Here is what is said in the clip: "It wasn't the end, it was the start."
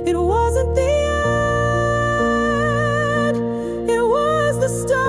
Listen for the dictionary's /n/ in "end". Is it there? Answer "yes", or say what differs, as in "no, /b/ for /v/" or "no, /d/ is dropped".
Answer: no, /n/ is dropped